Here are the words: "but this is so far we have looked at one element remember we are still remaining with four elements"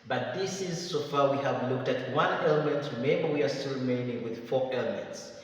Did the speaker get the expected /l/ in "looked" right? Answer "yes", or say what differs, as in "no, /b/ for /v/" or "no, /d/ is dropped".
yes